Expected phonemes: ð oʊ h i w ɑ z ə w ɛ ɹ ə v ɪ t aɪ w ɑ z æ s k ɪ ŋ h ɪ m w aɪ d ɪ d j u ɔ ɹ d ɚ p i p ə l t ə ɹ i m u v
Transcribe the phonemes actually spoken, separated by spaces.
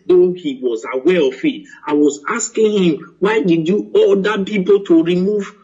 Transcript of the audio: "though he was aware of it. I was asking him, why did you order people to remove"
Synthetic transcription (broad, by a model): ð oʊ h i w ɑ z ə w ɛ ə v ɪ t aɪ w ɑ z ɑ s k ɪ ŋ h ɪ m w aɪ d ɪ d j u ɔ l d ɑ p i p ə l t ə ɹ i m u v